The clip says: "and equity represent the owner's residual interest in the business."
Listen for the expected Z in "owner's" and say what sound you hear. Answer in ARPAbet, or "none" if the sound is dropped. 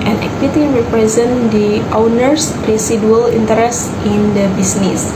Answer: S